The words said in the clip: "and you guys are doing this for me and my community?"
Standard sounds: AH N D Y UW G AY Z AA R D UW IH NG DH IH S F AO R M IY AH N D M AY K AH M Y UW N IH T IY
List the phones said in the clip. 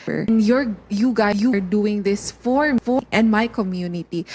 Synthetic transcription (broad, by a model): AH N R Y UW G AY UW R D UW IH NG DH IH S F AO R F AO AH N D M AY K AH M Y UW N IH T IY